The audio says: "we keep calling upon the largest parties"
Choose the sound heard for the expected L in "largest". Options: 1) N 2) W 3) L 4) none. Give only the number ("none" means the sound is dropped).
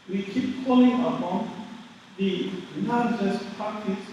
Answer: 1